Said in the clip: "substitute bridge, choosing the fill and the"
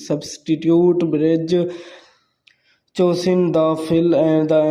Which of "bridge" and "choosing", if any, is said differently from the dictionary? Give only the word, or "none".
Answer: choosing